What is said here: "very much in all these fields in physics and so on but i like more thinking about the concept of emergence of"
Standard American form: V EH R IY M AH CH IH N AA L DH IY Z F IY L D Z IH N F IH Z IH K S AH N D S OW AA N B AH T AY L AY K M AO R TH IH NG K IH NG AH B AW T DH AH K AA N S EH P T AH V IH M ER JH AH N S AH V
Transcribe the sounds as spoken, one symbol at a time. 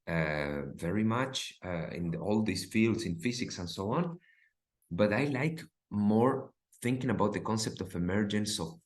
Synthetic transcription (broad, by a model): V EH R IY M AH CH IH N AA L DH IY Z F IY L D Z IH N F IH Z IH K S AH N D S OW AA N B AH T AY L AY K M AO R TH IH NG K IH NG AH B AW T DH AH K AA N S EH P T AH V IH M ER JH AH N S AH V